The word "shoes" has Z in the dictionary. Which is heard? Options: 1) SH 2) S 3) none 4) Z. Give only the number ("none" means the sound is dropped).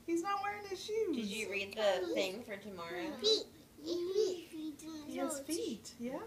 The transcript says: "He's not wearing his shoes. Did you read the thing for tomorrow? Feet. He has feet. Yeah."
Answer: 3